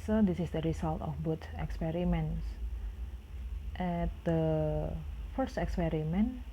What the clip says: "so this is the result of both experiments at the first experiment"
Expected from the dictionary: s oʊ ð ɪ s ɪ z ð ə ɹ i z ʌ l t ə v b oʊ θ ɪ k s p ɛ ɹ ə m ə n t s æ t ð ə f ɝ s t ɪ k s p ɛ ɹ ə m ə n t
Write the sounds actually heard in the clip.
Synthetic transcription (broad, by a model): s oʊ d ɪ s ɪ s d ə ɹ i s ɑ l t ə f b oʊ t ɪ k s p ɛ ɹ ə m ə n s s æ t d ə f ɝ s t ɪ k s p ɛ ɹ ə m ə n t